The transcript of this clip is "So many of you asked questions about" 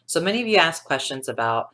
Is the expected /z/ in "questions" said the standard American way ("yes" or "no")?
yes